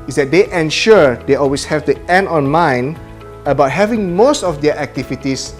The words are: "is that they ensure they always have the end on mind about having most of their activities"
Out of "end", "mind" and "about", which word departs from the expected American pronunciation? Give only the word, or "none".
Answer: mind